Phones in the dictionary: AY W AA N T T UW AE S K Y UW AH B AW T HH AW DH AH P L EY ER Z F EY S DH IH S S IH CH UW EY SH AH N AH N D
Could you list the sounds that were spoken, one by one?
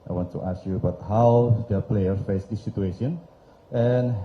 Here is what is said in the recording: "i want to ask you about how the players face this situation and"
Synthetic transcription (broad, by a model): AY W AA N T T UW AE S K Y UW AH B AW T HH AW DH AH P L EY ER F EY S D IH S S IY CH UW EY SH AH N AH N